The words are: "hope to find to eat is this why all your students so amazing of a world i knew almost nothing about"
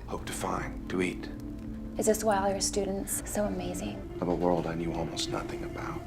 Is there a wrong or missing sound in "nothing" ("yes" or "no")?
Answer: no